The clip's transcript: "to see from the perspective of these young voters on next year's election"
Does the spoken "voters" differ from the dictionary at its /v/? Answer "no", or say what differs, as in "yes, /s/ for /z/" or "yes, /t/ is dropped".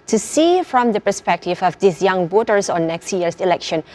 yes, /b/ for /v/